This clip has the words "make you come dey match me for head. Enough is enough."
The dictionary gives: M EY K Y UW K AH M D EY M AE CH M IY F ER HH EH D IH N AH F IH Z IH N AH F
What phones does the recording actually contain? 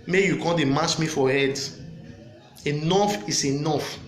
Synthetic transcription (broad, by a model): M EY Y UW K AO D EY M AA S M IY F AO HH EH D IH N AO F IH S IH N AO F